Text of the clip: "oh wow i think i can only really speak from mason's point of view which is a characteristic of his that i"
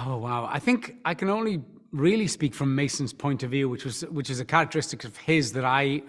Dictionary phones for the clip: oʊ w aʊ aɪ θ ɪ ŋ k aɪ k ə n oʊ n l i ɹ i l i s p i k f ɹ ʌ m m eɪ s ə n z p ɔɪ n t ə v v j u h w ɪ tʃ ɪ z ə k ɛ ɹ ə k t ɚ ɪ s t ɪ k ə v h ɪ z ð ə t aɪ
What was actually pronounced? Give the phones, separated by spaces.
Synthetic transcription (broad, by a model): oʊ w aʊ aɪ θ ɪ ŋ k aɪ k ə n oʊ n l i ɹ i l i s p i k f ɹ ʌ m m eɪ s ə n z p ɔɪ n t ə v v j u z w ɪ tʃ ɪ z ə k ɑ ɹ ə k t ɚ ɪ s t ɪ k ə v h ɪ z ð ə t aɪ